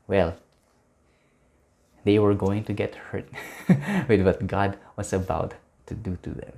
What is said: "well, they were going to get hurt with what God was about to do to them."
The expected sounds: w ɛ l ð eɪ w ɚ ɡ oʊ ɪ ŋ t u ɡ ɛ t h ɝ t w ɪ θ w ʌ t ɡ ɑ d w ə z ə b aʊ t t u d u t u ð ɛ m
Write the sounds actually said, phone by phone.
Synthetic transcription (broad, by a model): w ɛ l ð eɪ w ɚ ɡ oʊ ɪ ŋ t u ɡ ɛ t h ɝ t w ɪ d w ʌ t ɡ ɑ d w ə s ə b aʊ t t u d u t u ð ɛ m